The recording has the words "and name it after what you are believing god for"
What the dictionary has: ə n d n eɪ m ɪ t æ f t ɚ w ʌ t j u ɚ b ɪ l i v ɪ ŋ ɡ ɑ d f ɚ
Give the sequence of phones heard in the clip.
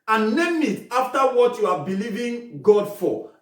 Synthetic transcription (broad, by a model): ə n n eɪ m ɪ t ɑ f t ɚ w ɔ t j u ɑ b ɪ l i v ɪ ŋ ɡ ɑ d f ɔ